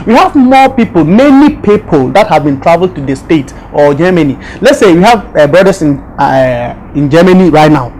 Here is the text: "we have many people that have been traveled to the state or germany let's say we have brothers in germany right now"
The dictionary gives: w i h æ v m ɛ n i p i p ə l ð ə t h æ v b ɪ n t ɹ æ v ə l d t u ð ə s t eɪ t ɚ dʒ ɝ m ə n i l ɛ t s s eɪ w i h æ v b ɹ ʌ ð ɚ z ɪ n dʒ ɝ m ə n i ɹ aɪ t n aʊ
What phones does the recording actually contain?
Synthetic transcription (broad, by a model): w i h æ v m ɛ n i p i p ə l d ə t h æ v b ɪ n t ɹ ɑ v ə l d t u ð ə s t eɪ t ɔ dʒ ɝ m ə n i l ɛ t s s eɪ w i h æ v b ɹ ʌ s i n ɪ n dʒ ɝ m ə n i ɹ aɪ t n aʊ